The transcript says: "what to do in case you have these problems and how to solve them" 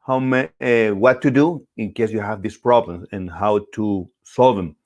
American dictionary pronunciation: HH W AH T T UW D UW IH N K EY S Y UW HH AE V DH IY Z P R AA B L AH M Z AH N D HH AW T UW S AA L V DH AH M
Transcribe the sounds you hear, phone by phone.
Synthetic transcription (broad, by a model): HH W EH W T UW D UW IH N K EY S Y UW HH AE V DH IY S P R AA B L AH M S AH N HH AW T UW S AA L V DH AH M